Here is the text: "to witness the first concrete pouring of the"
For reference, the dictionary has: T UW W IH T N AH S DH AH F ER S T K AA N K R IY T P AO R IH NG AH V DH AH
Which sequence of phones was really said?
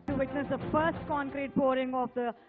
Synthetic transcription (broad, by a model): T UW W IH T N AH S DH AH F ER S T K AA N K R IY T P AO R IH NG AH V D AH